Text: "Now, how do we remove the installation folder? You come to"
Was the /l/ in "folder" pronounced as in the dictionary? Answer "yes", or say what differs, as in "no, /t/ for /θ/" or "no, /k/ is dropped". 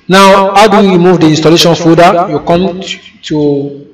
no, /l/ is dropped